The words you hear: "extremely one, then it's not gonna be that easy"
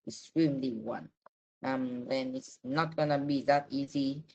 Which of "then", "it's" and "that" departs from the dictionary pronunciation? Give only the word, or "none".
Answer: none